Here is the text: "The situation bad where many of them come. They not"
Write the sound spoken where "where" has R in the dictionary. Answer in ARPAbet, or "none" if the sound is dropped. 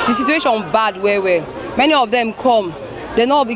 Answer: W